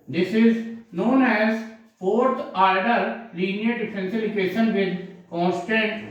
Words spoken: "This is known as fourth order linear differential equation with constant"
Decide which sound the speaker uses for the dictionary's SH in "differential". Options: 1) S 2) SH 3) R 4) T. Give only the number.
1